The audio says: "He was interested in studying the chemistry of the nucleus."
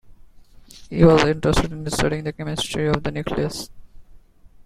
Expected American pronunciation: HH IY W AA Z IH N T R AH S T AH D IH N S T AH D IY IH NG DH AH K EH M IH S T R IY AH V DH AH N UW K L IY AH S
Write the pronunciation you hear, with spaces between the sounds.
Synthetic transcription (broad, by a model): HH IY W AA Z IH N T R AH S T AH D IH N S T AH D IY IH NG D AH K EH M IH S T R IY AH V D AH N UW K L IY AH S